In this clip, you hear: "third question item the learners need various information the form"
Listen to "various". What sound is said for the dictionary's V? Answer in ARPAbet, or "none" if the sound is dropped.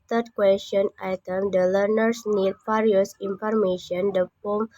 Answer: F